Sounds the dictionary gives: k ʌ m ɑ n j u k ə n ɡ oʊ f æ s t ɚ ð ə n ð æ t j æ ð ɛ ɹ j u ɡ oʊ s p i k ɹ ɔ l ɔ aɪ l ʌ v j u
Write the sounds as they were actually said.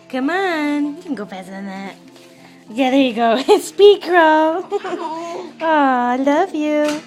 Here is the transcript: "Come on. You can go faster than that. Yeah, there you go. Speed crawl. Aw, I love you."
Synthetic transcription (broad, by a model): k ʌ m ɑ n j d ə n ɡ oʊ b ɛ t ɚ ð ə n ð æ t j æ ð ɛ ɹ j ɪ ɡ oʊ s p i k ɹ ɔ ɔ aɪ l ʌ v j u